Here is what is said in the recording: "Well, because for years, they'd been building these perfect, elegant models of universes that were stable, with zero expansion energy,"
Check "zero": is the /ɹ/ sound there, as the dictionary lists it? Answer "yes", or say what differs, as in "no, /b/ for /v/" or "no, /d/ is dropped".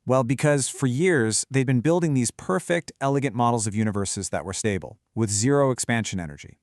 yes